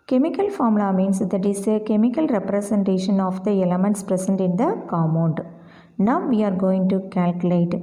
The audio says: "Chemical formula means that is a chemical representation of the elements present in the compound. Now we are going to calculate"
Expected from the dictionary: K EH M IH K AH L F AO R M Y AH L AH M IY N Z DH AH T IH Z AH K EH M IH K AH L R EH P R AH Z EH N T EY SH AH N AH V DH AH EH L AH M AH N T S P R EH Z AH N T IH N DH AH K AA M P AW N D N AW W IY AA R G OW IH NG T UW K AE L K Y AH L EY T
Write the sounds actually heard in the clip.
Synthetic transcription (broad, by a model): K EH M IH K AH L F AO R M L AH M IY N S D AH T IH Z AH K EH M IH K AH L R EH P R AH S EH N T EY SH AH N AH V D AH EH L AH M AH N T S P R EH S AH N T IH N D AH K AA M AW N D N AW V IY AA R G OW IH NG T UW K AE L K Y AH L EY T